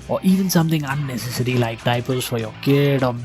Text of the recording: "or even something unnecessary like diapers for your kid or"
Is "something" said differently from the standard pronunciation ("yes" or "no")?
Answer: yes